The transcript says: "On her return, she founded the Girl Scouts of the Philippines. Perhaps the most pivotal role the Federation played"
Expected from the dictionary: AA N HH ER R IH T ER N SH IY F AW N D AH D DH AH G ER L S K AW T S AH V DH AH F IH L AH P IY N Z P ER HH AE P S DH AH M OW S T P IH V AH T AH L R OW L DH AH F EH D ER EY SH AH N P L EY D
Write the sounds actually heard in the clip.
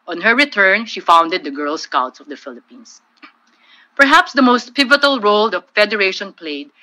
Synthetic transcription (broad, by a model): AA N HH ER R IH T ER N SH IY F AW N D AH D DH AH G ER L S K AW T S AH V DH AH F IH L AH P IY N S P ER HH AE P S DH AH M OW S T P IH V AH T AH L R OW L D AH F EH D ER EY SH AH N P L EY D